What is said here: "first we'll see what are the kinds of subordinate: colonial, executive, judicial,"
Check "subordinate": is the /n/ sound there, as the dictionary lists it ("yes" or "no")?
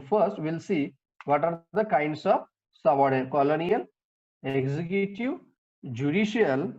no